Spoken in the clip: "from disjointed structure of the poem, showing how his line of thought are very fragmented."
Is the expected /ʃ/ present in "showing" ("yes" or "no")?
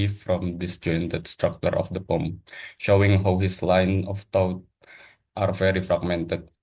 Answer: yes